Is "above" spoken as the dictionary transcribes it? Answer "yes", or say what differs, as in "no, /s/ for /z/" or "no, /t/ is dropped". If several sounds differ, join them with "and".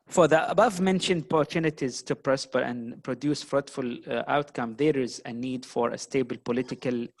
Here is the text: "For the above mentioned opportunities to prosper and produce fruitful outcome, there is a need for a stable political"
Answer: yes